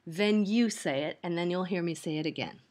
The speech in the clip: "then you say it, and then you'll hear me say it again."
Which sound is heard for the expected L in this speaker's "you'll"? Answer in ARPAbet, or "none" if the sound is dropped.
L